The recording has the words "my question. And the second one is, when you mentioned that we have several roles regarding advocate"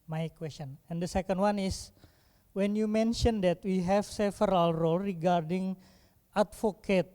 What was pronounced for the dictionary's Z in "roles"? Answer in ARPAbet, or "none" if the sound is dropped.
none